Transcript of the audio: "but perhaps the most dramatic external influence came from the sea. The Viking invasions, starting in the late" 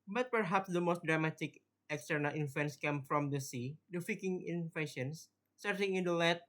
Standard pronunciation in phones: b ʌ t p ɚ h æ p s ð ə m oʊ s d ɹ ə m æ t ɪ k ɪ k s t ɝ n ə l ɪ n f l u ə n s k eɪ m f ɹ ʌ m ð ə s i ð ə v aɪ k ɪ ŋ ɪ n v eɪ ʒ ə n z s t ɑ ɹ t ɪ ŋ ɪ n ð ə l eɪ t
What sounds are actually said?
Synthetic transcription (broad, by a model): b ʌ t p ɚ h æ p s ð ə m oʊ s d ɹ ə m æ t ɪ k ɪ k s t ɝ n ə l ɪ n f u n s k eɪ m f ɹ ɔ m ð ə s i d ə f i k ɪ ŋ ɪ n f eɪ ʃ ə n s t ɑ ɹ t ɪ ŋ ɪ n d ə l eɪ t